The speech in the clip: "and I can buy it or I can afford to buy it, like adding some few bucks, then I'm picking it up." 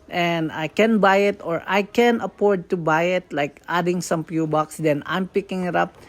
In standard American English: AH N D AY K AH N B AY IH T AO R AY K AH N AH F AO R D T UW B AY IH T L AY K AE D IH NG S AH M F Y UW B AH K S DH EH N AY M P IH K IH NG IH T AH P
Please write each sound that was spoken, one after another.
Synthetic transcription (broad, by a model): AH N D AY K AH N B AY IH T AO R AY K AH N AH P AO R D T UW B AY IH T L AY K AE D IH NG S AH M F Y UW B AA K S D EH N AY M P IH K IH NG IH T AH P